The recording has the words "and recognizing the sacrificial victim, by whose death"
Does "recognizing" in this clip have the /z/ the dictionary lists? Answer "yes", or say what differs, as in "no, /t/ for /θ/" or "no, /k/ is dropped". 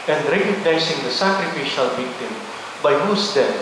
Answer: no, /s/ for /z/